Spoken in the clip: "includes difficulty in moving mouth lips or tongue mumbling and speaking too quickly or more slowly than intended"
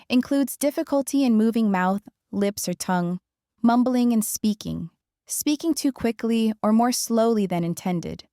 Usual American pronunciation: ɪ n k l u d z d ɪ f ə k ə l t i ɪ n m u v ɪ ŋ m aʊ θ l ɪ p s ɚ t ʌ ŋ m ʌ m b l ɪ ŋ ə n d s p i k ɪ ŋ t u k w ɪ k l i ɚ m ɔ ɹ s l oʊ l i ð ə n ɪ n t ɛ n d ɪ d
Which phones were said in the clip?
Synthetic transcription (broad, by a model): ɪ n k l u d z d ɪ f ə k ə l t i ɪ n m u v ɪ ŋ m aʊ θ l ɪ p s ɚ t ʌ ŋ m ʌ m b l ɪ ŋ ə n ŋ s p i k ɪ ŋ t u k w ɪ k l i ɚ m ɔ ɹ s l oʊ l i ð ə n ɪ n t ɛ n d ɪ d